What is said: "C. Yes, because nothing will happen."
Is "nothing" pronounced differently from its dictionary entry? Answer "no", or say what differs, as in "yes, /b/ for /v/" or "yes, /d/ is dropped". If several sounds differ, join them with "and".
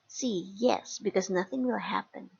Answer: no